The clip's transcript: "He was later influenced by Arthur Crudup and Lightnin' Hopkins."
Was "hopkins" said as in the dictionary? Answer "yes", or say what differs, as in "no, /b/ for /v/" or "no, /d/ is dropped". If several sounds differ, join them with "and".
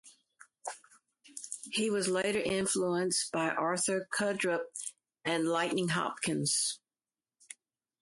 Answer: yes